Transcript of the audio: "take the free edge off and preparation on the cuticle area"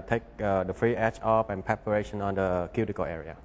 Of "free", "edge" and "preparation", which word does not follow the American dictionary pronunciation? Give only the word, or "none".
edge